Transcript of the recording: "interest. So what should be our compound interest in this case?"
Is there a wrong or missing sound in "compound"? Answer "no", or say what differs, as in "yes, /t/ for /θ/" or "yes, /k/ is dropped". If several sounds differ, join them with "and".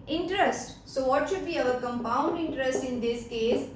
no